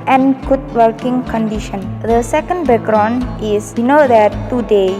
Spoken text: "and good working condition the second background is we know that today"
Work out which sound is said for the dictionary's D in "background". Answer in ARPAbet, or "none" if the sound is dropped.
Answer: none